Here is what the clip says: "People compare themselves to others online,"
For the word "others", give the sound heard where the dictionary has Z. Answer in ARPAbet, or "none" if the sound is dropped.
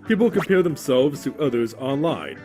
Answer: Z